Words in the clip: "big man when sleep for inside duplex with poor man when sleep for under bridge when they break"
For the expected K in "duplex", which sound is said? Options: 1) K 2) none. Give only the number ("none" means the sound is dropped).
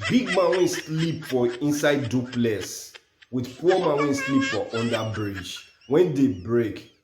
2